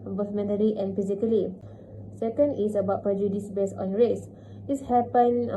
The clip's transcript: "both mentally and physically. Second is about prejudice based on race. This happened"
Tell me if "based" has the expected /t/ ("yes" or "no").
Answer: no